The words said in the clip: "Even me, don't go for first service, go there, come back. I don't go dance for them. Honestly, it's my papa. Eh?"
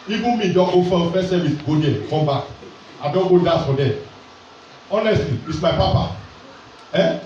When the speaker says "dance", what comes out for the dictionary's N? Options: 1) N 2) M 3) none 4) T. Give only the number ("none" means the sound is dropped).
3